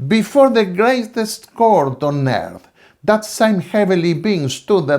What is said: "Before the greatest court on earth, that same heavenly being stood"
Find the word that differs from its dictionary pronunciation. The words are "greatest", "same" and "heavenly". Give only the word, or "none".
heavenly